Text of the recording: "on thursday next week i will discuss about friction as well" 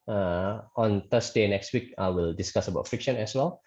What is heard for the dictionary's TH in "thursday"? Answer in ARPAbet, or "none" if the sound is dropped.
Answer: T